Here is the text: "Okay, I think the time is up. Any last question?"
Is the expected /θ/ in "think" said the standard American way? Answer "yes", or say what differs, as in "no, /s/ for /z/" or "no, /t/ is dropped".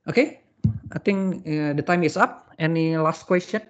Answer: no, /t/ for /θ/